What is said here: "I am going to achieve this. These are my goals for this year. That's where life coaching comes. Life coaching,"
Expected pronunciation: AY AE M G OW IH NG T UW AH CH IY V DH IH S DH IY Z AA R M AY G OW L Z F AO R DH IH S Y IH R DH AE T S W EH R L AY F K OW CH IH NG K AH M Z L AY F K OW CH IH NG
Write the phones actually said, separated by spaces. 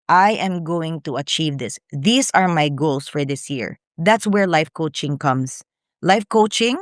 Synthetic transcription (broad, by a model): AY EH M G OW IH NG T UW AH CH IY V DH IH S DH IY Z AA R M AY G OW L S F AO R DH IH S Y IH R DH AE T S W EH R L AY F K OW CH IH NG K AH M S L AY F K OW CH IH NG